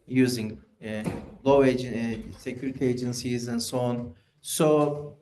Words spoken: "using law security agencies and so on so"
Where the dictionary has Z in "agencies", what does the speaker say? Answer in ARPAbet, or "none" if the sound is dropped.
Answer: Z